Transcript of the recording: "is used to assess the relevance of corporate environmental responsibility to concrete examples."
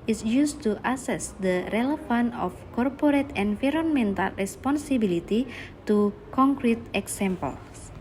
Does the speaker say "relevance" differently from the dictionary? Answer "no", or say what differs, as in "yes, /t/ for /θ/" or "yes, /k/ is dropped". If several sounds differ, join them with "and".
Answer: yes, /s/ is dropped